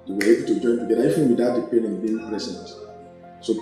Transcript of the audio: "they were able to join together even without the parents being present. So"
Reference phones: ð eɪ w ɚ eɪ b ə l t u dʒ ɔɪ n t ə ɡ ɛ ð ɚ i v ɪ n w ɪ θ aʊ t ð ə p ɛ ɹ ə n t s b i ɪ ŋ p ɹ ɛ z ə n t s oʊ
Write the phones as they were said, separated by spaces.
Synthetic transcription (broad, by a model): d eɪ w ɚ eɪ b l t u dʒ ɔɪ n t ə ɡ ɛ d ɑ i f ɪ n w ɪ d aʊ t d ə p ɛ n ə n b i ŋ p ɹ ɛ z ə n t s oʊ